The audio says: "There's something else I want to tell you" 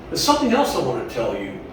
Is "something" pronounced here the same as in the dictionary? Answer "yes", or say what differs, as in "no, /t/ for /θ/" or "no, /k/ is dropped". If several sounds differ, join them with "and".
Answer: yes